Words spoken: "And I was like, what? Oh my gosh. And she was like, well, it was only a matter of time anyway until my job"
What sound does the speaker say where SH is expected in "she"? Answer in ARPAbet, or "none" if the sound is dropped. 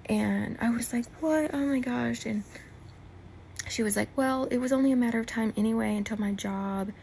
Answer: SH